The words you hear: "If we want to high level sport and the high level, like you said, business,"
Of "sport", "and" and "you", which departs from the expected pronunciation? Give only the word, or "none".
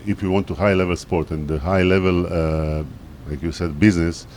none